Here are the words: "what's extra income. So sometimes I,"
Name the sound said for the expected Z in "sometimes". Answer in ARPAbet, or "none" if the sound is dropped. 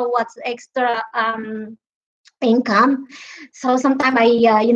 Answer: none